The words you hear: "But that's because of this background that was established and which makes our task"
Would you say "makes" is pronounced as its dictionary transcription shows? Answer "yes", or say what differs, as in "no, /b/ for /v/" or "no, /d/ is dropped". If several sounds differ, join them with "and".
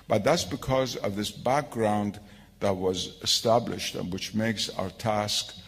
yes